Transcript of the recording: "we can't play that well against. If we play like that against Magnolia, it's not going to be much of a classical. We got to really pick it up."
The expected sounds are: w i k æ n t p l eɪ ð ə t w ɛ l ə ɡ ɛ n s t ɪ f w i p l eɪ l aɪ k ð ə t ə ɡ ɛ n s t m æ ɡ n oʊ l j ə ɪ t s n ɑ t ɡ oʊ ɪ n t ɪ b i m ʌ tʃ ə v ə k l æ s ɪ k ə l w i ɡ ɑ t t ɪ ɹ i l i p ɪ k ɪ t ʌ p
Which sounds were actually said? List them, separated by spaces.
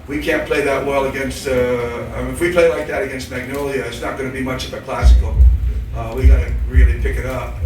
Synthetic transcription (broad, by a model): w i k æ n p l eɪ ð ə t w ɛ l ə ɡ ɛ n s t ɪ f w i p l eɪ l aɪ k ð ə t ə ɡ ɛ n s t m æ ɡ n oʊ l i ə ɪ t s n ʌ t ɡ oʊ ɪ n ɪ b i m ʌ tʃ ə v ə k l æ s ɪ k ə w i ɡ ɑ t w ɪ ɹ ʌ n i p ɪ k ɪ t ʌ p